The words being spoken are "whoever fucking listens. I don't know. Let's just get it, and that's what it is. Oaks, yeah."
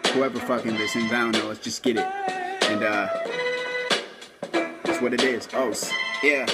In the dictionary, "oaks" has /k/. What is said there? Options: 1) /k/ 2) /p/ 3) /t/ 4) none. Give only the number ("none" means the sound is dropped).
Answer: 4